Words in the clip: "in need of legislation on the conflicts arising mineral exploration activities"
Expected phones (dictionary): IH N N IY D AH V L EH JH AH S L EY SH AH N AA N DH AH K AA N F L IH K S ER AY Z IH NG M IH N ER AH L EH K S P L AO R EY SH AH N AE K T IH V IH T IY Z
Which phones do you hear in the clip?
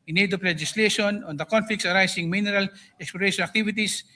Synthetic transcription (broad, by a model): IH N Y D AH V L EH JH AH S L EY SH AH N AA N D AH K AA N F L IH K S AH AY S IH NG M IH N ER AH L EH K S P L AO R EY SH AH N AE K T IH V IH T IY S